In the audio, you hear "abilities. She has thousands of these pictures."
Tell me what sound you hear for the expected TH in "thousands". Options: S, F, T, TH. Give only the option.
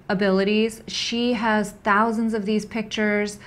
TH